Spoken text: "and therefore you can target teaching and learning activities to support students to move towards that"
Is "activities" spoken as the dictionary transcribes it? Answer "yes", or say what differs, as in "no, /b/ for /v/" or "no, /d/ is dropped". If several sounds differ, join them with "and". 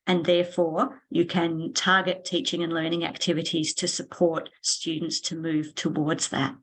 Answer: yes